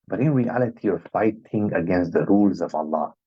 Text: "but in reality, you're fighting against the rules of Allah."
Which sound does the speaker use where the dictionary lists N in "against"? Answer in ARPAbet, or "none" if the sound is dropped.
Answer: N